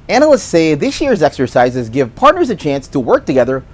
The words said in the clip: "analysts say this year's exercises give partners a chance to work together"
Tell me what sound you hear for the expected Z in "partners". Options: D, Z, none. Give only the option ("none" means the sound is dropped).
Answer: Z